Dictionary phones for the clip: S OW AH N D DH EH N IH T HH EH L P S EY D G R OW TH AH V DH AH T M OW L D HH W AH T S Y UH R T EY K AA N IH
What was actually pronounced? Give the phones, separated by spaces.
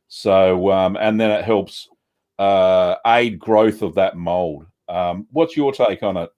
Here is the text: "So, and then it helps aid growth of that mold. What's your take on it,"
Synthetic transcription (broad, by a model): S OW AH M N DH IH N IH T HH EH L P S EY D G R OW TH AH V DH AH T M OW L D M W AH T S Y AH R T EY K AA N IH